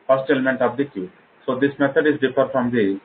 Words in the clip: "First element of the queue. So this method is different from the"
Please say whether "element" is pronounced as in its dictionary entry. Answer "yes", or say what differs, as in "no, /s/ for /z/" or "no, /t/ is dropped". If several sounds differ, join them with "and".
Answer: yes